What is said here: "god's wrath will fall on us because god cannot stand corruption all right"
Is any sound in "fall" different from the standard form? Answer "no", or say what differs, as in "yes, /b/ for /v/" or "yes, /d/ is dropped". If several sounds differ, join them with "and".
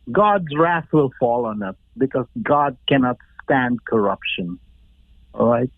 no